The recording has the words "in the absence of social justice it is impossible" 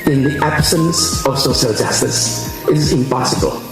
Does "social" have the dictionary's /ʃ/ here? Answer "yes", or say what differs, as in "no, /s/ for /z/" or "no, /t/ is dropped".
no, /ʃ/ is dropped